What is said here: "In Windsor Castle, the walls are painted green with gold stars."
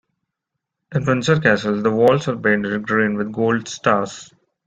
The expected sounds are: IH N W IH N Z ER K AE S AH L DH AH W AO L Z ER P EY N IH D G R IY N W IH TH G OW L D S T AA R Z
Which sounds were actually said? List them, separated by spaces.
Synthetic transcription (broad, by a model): IH N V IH N S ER K AE S AH L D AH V AO L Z ER B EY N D G R IY N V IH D G OW L D S T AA R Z